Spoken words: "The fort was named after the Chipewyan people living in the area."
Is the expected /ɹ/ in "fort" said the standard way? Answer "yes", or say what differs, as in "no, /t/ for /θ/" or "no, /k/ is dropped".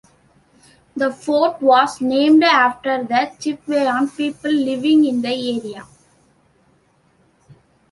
yes